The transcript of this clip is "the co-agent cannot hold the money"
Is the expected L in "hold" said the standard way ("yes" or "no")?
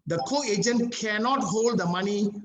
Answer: yes